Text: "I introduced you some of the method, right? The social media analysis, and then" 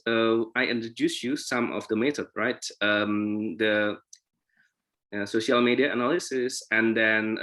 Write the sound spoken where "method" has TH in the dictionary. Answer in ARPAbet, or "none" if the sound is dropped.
T